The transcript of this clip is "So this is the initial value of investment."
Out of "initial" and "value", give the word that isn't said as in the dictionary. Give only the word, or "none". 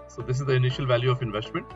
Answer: none